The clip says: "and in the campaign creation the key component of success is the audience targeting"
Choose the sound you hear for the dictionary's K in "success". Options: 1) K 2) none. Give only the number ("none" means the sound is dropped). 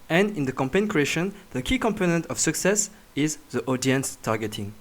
1